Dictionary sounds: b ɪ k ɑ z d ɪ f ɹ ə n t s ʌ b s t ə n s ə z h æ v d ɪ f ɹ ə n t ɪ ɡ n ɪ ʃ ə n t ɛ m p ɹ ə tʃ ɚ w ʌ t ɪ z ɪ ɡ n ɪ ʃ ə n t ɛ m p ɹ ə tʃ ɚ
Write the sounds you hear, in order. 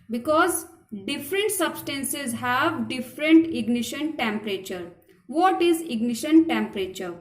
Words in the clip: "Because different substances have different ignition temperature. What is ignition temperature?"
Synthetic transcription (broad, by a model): b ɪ k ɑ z d ɪ f ɹ ə n t s ʌ b s t ə n s ə z h æ v d ɪ f ɹ ə n t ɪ ɡ n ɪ ʃ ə n t ɛ m p ɹ ə tʃ ɚ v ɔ t ɪ z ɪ ɡ n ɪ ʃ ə n t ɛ m p ɹ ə tʃ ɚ